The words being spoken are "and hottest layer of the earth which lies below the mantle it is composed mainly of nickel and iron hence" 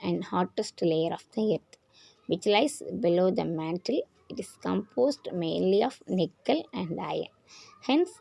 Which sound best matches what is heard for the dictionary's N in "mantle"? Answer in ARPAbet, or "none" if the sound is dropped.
N